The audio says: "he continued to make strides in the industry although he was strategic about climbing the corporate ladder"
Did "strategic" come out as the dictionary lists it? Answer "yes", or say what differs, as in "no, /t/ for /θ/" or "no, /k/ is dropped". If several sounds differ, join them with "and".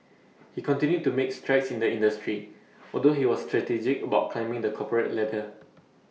yes